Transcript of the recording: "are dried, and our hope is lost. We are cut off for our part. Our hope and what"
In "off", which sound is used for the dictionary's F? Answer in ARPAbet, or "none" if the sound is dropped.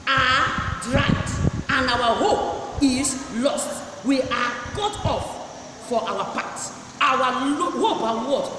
F